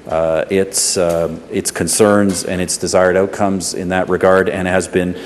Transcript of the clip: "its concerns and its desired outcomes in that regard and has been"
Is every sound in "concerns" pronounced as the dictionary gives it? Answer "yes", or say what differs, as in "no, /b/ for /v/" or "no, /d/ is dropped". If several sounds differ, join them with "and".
yes